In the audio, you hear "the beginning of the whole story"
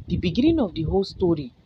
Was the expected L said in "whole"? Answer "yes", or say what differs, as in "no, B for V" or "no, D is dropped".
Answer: yes